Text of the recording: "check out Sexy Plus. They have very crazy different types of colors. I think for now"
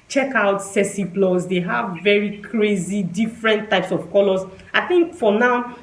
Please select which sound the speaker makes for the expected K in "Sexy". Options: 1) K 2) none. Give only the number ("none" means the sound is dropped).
2